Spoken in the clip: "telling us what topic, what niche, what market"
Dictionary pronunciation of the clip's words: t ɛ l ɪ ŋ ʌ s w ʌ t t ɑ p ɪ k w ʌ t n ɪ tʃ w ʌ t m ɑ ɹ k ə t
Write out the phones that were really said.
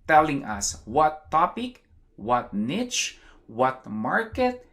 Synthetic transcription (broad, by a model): t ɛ l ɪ ŋ ʌ s w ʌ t t ɑ p ɪ k w ʌ t n ɪ tʃ w ʌ t m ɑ ɹ k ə t